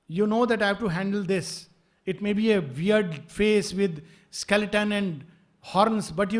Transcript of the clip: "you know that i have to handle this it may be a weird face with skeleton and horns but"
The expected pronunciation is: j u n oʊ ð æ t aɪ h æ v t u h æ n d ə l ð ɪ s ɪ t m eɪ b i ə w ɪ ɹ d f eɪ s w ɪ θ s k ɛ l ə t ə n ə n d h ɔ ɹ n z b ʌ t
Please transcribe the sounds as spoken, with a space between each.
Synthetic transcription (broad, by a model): j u n oʊ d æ t aɪ h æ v t u h æ n d ə l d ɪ s ɪ t m eɪ b i ə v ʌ ɹ d f eɪ s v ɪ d s k ɛ l ə t ə n ə n d h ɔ ɹ n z b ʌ t